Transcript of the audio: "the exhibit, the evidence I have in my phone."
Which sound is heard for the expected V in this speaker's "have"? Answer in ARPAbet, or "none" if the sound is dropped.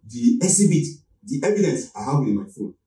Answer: W